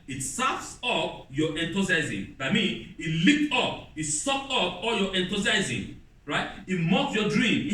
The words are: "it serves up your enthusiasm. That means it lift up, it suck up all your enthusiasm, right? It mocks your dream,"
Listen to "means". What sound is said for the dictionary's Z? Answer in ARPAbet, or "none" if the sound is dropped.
none